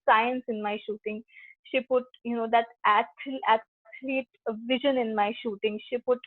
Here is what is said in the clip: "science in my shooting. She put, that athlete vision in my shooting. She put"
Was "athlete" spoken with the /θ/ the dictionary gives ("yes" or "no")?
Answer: no